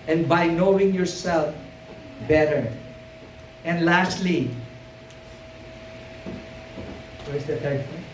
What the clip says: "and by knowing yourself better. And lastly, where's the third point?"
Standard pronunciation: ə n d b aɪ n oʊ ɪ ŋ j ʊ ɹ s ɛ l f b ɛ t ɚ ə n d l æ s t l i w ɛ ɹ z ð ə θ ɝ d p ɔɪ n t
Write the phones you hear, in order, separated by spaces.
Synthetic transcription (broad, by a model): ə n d b aɪ n oʊ ɪ ŋ j ʊ ɹ s ɛ l f b ɛ t ɚ ə n d l æ s t l i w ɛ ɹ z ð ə t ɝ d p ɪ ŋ